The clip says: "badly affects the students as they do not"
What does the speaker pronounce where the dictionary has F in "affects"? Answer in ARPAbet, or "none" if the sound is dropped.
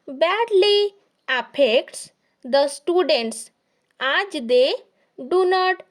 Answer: P